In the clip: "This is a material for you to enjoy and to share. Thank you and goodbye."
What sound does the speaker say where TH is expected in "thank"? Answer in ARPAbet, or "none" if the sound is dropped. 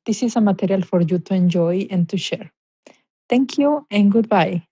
T